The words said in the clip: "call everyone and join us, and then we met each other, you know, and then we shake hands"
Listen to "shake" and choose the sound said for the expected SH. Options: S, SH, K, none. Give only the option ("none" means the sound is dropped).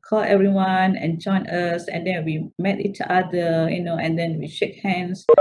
SH